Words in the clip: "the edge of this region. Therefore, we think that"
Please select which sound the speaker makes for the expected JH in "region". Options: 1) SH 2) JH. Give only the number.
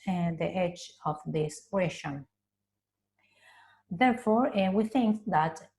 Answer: 1